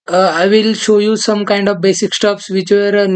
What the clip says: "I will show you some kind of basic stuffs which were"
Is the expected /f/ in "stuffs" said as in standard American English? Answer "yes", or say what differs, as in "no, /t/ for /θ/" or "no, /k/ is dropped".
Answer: no, /p/ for /f/